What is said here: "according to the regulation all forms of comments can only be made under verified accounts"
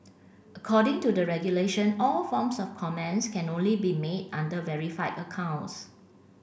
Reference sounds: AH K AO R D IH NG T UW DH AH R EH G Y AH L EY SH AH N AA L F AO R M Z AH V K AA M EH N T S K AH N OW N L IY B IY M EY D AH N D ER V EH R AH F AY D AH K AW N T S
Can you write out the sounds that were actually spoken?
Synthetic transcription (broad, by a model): AH K AO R D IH NG T UW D AH R EH G Y AH L EY SH AH N AA L F AO M S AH F K AA M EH N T S K AH N OW N L IY B IY M EY D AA N D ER V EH R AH F AY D AH K AW N T S